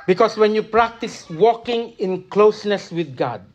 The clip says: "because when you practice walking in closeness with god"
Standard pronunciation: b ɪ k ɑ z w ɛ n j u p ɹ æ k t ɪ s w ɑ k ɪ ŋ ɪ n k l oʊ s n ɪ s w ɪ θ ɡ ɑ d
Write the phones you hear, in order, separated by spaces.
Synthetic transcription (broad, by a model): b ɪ k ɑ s w ɛ n j u p ɹ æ k t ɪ s w ɑ k ɪ ŋ ɪ n k l oʊ s n ɪ s w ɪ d ɡ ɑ d